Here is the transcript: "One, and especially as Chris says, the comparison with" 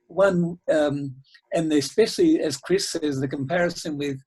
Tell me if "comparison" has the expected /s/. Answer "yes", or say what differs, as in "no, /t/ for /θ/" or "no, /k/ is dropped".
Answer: yes